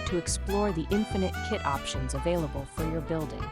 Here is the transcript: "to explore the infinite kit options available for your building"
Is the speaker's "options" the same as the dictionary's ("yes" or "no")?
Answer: yes